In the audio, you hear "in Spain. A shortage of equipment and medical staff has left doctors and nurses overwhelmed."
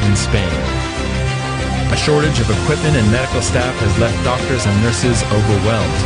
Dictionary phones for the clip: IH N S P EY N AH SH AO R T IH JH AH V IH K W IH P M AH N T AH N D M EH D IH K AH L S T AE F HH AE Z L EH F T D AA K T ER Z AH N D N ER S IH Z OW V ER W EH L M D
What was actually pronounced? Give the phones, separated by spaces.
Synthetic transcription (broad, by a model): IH N S P EY N AH SH AO R T IH JH AH V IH K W IH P M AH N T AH N M EH D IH K L S T AE F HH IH Z L EH F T D AA K T ER Z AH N N ER S IH Z OW V ER W EH L M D